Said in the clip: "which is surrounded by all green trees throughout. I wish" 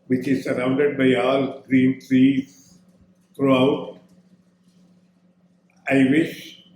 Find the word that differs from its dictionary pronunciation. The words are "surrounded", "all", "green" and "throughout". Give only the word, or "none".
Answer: throughout